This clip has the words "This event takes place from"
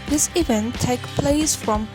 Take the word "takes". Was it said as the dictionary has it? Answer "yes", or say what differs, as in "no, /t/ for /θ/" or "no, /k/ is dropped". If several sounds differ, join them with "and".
no, /s/ is dropped